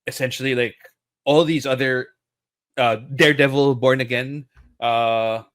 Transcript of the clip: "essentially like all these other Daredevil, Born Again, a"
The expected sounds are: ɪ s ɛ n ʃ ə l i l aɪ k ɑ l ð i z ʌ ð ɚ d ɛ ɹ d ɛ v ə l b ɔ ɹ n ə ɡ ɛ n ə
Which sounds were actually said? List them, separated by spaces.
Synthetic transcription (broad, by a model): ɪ s ɛ n ʃ l i l aɪ k ɑ l ð i z ʌ ð ɚ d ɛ ɹ d ɛ v l b ɔ ɹ n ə ɡ ɛ n ə